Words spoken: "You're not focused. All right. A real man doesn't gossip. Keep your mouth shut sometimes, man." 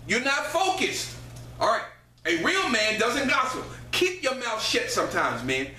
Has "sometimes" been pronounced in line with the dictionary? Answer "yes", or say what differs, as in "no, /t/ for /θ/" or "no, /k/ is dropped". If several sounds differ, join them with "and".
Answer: yes